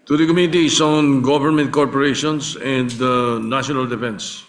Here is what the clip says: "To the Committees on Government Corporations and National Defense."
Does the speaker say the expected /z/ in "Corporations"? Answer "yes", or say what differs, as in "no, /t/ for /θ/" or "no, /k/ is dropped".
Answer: no, /s/ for /z/